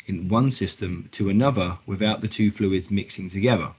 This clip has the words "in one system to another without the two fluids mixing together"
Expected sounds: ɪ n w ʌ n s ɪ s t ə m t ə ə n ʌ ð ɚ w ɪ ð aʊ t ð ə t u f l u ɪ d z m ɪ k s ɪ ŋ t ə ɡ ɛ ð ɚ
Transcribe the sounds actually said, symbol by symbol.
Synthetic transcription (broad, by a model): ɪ n w ʌ n s ɪ s t ə m t ə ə n ʌ ð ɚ w ɪ ð aʊ t ð ə t u f l u ɪ d z m ɪ k s ɪ ŋ t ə ɡ ɛ ð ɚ